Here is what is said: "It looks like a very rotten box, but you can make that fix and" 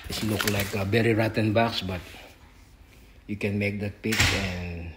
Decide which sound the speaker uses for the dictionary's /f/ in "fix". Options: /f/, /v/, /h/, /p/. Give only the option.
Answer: /p/